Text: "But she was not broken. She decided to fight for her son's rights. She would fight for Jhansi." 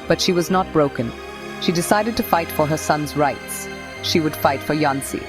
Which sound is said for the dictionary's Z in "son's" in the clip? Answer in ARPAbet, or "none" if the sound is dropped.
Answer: Z